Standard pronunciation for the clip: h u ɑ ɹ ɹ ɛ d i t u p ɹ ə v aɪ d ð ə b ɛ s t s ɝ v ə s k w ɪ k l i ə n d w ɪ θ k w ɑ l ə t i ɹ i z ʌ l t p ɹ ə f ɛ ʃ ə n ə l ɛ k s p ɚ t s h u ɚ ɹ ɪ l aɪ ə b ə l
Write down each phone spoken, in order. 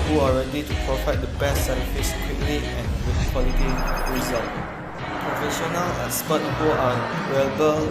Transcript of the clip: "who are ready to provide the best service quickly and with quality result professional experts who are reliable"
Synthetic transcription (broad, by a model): h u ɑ l ɹ ɛ d i t u p ɹ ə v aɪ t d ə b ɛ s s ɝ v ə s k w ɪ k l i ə n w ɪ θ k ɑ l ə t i ɹ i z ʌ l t p ɹ ə f ɛ ʃ ə n ə l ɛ s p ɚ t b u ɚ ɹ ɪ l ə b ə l